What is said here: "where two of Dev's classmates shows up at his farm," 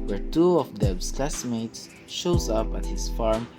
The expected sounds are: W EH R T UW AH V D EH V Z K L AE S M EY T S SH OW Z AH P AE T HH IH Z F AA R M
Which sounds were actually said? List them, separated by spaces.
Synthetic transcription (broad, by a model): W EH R T UW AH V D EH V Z K L AE S M EY T S SH OW Z AH P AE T HH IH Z F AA R M